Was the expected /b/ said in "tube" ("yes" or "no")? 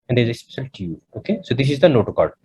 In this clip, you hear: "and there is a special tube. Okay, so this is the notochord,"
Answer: no